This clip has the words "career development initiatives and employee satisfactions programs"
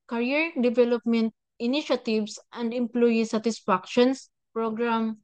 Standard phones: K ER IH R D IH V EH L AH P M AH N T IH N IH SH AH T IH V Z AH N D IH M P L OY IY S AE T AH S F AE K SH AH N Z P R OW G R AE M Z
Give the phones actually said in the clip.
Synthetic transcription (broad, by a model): K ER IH R D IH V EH L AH P M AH N T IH N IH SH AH T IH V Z AH N D IH M P L OY IY S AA T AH S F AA K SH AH N S P R OW G R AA M